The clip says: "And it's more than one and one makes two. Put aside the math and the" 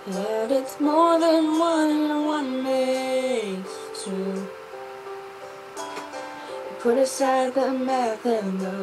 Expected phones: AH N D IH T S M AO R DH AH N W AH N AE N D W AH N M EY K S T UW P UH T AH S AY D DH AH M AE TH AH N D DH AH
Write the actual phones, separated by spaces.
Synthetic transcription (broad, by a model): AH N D IH T S M AO R DH AH N W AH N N W AH N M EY S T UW P UH T AH S AY D DH AH M AE TH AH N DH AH